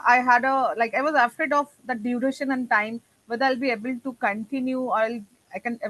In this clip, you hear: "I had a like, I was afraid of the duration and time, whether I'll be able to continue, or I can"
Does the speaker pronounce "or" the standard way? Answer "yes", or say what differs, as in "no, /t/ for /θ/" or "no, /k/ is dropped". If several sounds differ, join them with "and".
no, /l/ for /ɹ/